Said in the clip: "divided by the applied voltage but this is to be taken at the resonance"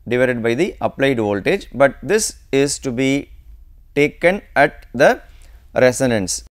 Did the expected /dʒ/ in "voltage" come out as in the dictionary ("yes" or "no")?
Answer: yes